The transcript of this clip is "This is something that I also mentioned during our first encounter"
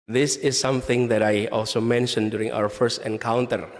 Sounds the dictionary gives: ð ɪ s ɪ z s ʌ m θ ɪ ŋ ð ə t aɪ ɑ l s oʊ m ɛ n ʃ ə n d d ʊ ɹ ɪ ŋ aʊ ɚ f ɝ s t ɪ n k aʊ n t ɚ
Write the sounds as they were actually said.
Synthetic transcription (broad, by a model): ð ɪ s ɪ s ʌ m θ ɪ ŋ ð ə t aɪ ɑ l s oʊ m ɛ n ʃ ə n d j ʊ ɹ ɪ ŋ aʊ ɚ f ɝ s t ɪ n k aʊ n t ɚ